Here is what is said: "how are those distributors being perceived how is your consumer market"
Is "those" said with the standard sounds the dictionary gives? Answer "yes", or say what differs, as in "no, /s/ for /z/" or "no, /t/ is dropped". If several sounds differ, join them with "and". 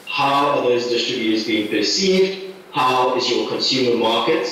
yes